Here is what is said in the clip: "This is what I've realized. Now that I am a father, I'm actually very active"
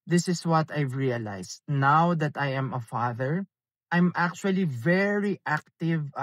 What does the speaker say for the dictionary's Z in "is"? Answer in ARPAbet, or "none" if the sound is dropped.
S